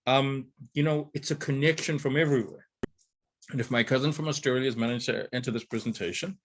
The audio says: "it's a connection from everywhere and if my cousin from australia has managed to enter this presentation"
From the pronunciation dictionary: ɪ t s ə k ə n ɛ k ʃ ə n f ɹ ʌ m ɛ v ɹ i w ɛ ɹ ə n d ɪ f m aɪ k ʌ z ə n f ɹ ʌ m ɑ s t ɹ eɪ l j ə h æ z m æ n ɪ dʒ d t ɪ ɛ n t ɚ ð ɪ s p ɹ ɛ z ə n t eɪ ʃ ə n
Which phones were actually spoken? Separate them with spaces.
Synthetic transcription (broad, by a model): ɪ t s ə k ə n ɛ k ʃ ə n f ɹ ʌ m ɛ v ɹ i w ɛ ɹ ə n ɪ f m aɪ k ʌ z ə n f ɹ ʌ m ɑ s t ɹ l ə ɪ z m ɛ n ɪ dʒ t ɪ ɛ n t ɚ ð ɪ s p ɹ ɛ z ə n t eɪ ʃ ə n